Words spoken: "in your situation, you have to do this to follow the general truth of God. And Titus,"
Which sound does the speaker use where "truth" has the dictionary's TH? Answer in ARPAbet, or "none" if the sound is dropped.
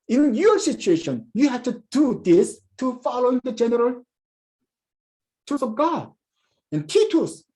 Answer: S